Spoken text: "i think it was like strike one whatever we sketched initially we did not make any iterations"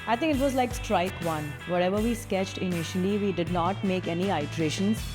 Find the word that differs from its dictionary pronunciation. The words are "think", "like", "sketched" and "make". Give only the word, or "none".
think